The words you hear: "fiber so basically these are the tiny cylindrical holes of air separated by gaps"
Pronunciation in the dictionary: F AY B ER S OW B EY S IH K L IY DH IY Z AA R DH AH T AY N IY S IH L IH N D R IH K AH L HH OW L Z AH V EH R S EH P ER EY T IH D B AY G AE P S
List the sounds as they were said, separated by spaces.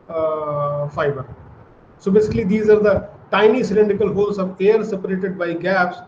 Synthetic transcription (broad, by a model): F AY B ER S OW B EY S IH K L IY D IY Z AA R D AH T AY N IY S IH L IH N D IH K AH L HH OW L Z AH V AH R S EH P ER EY T IH D B AY G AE P S